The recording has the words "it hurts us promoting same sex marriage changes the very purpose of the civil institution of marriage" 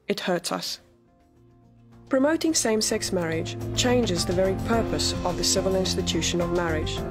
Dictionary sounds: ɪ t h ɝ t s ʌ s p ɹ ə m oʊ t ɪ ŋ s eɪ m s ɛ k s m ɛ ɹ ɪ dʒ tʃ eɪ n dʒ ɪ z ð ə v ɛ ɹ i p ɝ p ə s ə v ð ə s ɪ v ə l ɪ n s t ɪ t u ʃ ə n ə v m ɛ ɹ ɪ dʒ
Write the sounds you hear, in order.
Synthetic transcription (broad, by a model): ɪ t h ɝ t s ʌ s p ɹ ə m oʊ t ɪ ŋ s eɪ m s ɛ k s m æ ɹ ɪ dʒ tʃ eɪ n dʒ ɪ z ð ə v ɛ ɹ i p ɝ p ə s ə v ð ə s ɪ v ə l ɪ n s t ɪ t u ʃ ə n ə v m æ ɹ ɪ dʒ